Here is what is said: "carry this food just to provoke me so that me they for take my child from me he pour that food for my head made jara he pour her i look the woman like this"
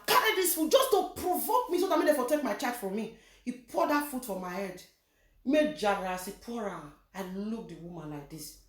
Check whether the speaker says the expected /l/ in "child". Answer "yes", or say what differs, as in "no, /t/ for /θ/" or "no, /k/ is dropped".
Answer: no, /l/ is dropped